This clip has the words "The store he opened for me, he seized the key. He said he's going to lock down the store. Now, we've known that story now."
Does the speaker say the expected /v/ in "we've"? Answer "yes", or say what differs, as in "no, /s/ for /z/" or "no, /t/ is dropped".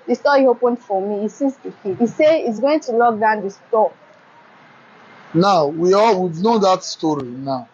no, /w/ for /v/